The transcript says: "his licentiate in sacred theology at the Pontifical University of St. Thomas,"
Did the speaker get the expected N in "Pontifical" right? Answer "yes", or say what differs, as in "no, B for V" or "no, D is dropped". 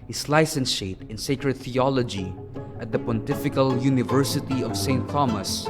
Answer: yes